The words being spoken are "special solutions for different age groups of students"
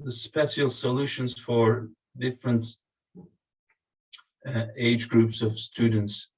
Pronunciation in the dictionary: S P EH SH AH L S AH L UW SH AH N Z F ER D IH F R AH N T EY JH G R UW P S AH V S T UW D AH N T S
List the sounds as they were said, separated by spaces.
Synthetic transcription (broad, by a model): S P EH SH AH L S AH L UW SH AH N Z F ER D IH F R AH N T EY JH G R UW P S AH V S T UW D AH N T S